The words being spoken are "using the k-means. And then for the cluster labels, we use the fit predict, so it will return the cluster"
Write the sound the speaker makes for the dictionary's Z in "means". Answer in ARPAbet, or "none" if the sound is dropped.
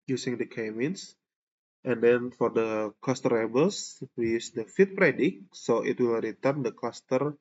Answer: S